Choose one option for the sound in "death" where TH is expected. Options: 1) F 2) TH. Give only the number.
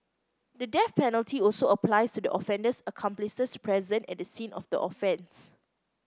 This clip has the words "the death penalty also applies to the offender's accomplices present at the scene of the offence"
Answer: 1